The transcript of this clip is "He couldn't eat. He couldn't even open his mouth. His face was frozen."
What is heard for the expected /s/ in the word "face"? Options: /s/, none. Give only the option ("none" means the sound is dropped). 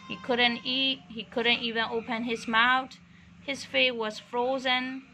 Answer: none